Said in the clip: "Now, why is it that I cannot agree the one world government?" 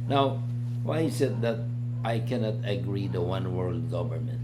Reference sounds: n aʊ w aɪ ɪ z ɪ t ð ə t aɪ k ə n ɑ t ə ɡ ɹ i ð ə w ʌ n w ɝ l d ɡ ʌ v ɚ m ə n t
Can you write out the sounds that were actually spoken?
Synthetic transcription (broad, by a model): n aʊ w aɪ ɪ s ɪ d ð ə t aɪ k ə n ɑ t ə ɡ ɹ i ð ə w ʌ n w ɝ l d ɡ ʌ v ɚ m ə n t